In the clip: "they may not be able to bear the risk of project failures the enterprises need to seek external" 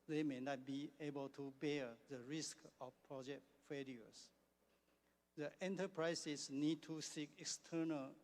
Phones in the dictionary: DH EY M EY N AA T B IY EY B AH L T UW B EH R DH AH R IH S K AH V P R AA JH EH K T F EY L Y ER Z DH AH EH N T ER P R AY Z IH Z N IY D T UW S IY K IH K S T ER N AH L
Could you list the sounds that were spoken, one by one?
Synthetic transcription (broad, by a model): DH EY M EY N AA T B IY EY B AH L T UW B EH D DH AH R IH S K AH F P R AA JH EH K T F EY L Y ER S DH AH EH N T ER P R AY S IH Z N IY D T UW S IY K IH K S T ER N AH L